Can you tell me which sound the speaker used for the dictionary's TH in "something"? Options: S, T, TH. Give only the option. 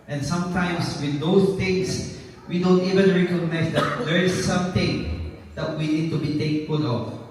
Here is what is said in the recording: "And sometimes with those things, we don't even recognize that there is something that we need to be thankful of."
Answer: T